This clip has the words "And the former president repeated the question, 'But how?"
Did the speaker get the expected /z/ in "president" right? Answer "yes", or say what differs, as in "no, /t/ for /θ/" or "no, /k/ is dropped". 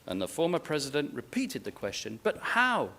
yes